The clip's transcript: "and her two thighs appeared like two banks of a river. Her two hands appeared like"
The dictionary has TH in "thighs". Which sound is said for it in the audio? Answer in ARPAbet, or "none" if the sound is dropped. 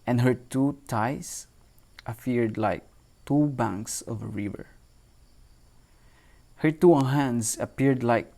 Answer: T